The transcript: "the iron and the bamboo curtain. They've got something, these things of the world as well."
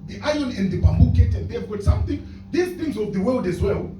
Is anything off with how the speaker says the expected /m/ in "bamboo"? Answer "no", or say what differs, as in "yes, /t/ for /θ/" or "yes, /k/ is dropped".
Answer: no